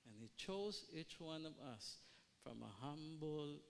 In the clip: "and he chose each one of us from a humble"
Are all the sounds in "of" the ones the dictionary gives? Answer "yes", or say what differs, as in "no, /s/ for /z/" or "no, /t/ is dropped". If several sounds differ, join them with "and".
yes